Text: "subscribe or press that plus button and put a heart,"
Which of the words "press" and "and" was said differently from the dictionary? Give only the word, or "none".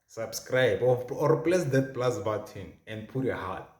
press